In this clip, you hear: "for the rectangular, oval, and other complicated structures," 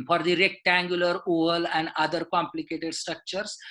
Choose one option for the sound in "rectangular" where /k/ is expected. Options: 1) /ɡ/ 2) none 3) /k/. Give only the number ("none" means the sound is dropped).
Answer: 3